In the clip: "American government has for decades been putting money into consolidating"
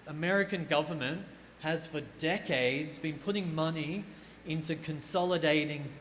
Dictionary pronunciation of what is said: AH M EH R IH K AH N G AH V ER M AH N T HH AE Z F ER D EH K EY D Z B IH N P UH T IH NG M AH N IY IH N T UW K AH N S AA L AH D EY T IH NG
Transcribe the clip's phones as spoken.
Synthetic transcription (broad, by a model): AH M EH R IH K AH N G AH V ER M AH N T HH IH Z F ER D EH K EY D Z B IH N P UH T IH NG M AH N IY IH N T UW K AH N S AA L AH D EY T IH NG